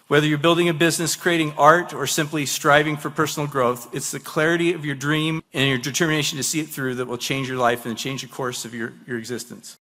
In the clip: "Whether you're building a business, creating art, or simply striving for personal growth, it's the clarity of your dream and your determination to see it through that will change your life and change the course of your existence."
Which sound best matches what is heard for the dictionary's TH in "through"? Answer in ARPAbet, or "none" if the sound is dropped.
TH